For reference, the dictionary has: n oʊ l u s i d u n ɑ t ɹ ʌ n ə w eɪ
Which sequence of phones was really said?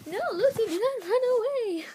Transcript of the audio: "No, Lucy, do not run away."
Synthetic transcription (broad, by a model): n oʊ l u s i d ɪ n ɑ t ɹ ʌ n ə w eɪ